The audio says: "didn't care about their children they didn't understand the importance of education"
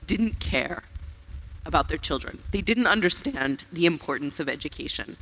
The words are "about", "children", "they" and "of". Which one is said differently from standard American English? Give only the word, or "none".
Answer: none